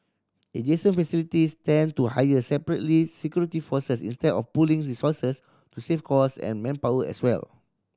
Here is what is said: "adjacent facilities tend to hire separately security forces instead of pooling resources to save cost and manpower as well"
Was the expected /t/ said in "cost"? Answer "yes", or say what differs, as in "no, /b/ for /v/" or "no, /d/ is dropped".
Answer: no, /t/ is dropped